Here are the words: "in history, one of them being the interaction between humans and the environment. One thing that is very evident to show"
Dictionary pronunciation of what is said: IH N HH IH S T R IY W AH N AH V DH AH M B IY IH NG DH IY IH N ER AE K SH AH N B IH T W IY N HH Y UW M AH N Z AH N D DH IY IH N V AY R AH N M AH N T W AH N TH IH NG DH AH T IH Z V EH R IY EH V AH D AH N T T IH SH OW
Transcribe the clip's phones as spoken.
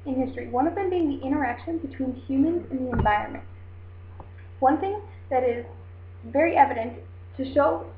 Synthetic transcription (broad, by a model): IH N HH IH S T R IY W AH N AH V DH AH M B IY IH NG DH IY IH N ER AE K SH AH N B IH T W IY N HH Y UW M AH N Z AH N DH IY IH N V AY R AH N M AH N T W AH N TH IH NG DH AH T IH Z V EH R IY EH V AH D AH N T T IH SH OW